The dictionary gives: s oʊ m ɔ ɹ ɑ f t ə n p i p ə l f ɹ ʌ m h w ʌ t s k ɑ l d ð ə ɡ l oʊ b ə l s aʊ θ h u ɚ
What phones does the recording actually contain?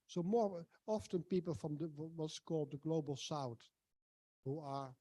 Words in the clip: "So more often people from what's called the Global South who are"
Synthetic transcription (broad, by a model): s oʊ m ɔ ɹ ɑ f t ə n p i p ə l f ɹ ʌ m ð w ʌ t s k ɑ l d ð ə ɡ l oʊ b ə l s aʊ t h u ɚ